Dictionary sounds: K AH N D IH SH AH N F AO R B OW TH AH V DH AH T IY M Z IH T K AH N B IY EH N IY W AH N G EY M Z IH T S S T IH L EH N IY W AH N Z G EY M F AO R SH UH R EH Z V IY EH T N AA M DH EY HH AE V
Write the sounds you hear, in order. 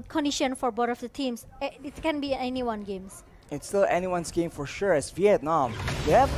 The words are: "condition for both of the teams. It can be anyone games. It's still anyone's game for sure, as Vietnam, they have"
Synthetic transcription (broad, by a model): K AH N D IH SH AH N F AO R B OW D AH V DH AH T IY M S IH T K AH N B IY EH N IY W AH N G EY M S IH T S S T IH L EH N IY W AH N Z G EY M F AO R SH UH R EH S V IY EH T N AA M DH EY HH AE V